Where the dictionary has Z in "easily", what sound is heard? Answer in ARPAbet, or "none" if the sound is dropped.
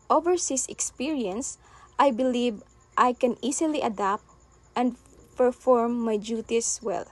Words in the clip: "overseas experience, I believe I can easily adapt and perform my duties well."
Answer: S